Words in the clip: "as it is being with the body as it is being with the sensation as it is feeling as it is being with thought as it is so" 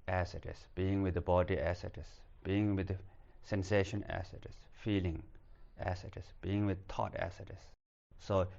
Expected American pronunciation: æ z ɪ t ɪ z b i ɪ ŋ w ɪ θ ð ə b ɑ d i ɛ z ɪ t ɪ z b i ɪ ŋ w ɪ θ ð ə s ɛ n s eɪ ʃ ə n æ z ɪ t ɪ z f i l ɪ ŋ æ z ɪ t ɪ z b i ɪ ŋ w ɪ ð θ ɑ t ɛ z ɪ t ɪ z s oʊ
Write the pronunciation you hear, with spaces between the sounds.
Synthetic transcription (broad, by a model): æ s ɪ t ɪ s b i ɪ ŋ w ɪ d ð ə b ɑ d i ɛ s ɪ t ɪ s b i ɪ ŋ w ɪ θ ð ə s ɛ n s eɪ ʃ ə n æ s ɪ t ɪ s f i l ɪ ŋ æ s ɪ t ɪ s b i ɪ ŋ w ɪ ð t ɑ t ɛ s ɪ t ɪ s oʊ